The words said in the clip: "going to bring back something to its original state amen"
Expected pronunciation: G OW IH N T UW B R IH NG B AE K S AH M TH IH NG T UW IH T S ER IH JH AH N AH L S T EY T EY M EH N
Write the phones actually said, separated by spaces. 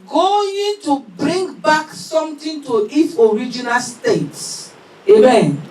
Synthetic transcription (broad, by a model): G OW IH N T UW B R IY NG B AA K S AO M T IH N T UW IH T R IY JH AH N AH L S T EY T EY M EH N